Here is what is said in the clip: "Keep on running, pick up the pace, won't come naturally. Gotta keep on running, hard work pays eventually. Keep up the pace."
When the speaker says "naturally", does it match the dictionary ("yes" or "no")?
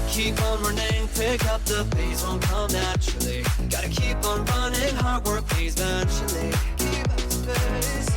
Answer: no